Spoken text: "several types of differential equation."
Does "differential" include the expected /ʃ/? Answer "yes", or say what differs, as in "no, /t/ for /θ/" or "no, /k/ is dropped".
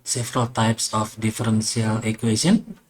no, /s/ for /ʃ/